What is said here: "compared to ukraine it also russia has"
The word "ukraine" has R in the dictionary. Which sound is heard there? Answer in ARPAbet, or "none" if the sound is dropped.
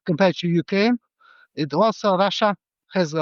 none